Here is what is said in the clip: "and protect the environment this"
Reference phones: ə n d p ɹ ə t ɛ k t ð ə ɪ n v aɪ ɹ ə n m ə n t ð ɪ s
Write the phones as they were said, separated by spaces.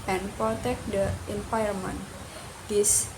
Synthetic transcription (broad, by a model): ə n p ɹ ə t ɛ k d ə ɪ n p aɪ ə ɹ m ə n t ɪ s